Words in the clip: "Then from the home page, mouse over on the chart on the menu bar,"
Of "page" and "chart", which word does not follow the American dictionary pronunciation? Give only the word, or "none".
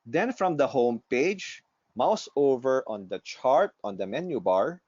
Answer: none